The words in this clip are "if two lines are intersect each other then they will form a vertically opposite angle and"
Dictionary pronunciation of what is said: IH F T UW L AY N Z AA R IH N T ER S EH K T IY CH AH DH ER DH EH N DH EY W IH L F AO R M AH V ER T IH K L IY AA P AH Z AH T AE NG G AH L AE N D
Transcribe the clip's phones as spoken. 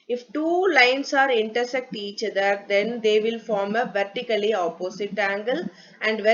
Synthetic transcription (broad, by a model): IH F T UW L AY N S AA R IH N T ER S EH K T IY CH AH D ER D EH N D EY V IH L F AO R M AH V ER T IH K L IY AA P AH S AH T AE NG G AH L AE N D